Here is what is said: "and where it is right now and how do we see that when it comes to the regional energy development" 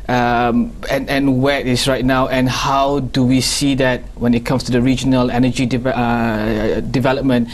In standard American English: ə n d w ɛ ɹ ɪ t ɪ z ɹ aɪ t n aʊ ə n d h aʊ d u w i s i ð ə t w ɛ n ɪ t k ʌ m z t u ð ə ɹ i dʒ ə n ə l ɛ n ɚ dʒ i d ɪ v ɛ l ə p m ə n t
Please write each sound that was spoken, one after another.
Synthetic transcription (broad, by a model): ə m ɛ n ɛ w ɪ t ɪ s ɹ aɪ t n aʊ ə n h aʊ d u w i s i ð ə t w ɛ n ɪ t k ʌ m s t u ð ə ɹ i dʒ ə n ə l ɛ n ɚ dʒ i d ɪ v ɛ l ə p m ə n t